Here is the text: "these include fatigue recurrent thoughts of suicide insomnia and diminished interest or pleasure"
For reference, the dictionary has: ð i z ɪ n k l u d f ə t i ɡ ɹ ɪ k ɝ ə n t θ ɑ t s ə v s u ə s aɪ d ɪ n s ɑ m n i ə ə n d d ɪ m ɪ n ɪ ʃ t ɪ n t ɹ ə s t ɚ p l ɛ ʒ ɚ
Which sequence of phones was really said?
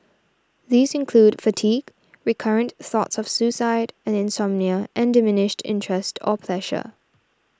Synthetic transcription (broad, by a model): ð i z ɪ n k l u d f ə t i ɡ ɹ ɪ k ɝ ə n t θ ɑ t s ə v s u s aɪ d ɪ n s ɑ m n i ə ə n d d ɪ m ɪ n ɪ ʃ t ɪ n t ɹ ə s t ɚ p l ɛ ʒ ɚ